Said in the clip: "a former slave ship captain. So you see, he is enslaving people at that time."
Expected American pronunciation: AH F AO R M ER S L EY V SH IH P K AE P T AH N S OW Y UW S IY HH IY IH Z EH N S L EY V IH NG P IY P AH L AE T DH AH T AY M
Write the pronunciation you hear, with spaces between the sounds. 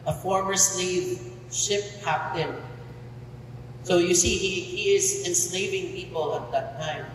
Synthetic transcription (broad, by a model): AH F AO R M ER S L EY V SH IH P K AE P T AH N S OW Y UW S IY HH IY IH Z EH N S L EY V IH NG P IY P AH L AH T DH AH T AY M